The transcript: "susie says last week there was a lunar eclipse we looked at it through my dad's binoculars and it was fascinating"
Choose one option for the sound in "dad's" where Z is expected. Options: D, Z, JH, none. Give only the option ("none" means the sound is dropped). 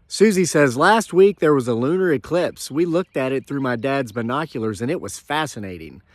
Z